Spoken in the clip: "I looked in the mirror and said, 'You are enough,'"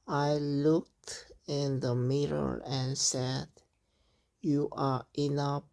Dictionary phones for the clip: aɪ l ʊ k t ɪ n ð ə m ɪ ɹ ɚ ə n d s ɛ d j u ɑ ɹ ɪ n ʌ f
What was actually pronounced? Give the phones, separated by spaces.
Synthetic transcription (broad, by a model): aɪ l ʊ k t ɪ n ð ə m ɪ ɹ ɚ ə n s ɛ d j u ɑ ɹ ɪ n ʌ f